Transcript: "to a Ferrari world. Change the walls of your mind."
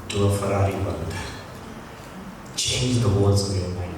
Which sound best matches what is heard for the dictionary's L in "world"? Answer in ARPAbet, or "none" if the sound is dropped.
N